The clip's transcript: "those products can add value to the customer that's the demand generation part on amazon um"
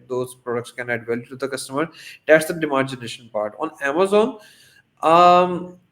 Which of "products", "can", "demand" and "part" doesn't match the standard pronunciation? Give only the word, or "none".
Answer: demand